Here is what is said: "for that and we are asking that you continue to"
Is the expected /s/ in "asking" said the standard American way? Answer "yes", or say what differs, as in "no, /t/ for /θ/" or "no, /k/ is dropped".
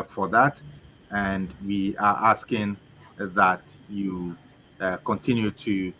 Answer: yes